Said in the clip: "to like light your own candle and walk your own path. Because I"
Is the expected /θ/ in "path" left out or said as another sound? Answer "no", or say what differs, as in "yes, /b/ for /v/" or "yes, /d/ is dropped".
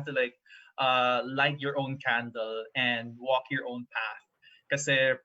no